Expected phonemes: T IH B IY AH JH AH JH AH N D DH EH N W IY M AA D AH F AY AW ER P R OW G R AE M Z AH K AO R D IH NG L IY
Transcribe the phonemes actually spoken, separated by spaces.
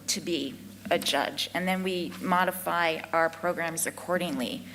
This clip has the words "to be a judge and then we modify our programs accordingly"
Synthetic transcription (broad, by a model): T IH B IY AH JH AH JH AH N DH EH N W IY M AA D AH F AY AW ER P R OW G R AE M Z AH K AO R D IH NG L IY